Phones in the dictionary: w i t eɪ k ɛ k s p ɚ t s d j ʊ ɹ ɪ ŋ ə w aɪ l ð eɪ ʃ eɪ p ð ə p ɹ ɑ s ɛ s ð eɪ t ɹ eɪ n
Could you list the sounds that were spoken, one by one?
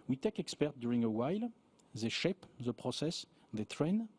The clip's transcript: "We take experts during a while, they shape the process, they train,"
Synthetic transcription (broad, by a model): w i t eɪ k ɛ k s p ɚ t d j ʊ ɹ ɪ ŋ ə w aɪ l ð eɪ ʃ eɪ p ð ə p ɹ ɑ s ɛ s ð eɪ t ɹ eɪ n